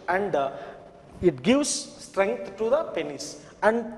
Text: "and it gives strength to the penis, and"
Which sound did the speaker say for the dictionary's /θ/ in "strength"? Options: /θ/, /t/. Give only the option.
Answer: /t/